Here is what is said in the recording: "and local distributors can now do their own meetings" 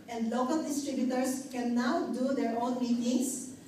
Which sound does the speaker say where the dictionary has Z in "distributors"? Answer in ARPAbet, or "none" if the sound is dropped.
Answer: S